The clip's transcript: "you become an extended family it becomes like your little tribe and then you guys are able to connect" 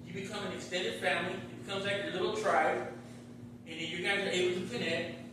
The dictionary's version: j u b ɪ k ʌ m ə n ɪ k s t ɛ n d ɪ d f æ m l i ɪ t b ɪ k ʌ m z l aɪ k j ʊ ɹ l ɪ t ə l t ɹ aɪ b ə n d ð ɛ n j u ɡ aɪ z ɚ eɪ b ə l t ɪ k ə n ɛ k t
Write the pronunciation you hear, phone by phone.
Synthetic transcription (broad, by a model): j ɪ b ɪ k ʌ m ə n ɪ k s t ɛ n d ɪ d f æ m l i ɪ t b ɪ k ʌ m z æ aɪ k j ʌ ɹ l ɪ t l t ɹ aɪ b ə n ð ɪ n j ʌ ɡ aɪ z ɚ eɪ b l t ɪ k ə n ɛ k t